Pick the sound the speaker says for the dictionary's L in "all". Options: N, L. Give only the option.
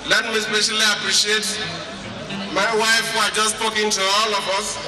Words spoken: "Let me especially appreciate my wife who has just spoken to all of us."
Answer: L